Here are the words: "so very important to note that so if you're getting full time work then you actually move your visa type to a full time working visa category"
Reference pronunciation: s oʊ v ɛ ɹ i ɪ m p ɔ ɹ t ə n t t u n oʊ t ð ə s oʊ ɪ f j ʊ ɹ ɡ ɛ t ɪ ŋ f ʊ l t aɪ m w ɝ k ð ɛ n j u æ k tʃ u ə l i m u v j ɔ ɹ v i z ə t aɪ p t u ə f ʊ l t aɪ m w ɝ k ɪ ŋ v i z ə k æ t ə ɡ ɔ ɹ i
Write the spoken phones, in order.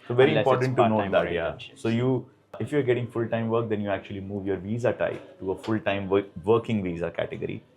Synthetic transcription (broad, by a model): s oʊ v ɛ ɹ i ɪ p ɔ ɹ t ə n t t u n oʊ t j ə s oʊ ɪ f j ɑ ɹ ɡ ɛ t ɪ ŋ f ʊ l t aɪ m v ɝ k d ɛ n j u æ k tʃ u ə l i m u v j ɔ ɹ v i z ə t aɪ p t u ə f ʊ l t aɪ m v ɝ k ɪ ŋ v i z ə k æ t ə ɡ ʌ ɹ i